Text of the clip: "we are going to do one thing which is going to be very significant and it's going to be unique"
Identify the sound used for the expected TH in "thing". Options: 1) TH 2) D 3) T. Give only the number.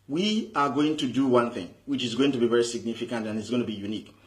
1